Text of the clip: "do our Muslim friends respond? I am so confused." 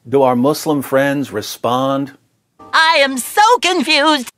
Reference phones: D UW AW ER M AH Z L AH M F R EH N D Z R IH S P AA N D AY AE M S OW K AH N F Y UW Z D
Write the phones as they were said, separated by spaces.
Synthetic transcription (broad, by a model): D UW AW ER M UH S L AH M F R EH N D Z R IH S P AA N D AY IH M S OW K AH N F Y UW Z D